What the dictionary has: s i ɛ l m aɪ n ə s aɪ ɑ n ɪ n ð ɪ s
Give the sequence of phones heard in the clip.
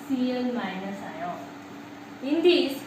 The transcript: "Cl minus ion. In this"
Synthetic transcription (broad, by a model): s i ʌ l m aɪ n ə s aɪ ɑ ɪ n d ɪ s